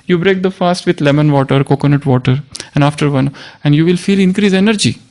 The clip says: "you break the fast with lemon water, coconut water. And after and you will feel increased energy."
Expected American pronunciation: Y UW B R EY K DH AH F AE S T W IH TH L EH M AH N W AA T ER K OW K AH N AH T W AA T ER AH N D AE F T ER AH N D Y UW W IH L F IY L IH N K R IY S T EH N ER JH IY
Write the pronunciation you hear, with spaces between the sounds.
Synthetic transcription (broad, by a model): Y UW B R EY K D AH F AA S T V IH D L EH M AH N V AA T ER K OW K AH N AH T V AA T ER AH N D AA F T ER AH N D Y UW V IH L F IY L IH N K R IY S EH N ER JH IY